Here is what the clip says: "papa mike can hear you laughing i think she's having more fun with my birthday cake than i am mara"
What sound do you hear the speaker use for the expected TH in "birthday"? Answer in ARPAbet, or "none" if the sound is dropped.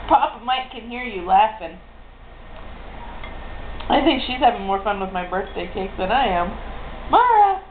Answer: TH